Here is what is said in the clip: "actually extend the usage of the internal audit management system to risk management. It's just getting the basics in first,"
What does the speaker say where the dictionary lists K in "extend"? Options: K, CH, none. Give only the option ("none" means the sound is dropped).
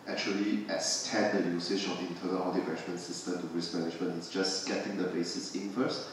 none